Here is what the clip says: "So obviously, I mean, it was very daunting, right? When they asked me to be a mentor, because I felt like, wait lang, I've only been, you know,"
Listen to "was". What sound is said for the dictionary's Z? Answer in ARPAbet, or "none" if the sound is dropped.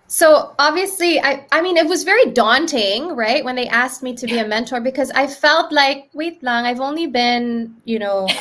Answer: Z